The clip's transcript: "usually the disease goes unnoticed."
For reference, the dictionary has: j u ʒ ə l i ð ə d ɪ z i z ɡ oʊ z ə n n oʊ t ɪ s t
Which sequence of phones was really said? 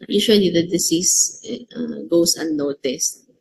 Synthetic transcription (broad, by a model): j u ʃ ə l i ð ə d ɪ s i s ɡ oʊ s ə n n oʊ t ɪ s t